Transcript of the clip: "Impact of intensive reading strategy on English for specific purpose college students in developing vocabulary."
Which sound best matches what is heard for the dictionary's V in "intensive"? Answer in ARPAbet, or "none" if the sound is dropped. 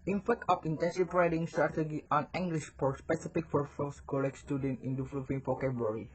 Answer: P